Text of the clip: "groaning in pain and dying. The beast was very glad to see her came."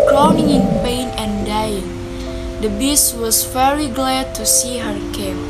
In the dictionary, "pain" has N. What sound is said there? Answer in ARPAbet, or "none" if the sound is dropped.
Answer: N